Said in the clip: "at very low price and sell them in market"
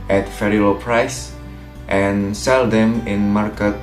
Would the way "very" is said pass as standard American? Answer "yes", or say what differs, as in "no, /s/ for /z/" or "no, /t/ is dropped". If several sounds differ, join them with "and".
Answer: no, /f/ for /v/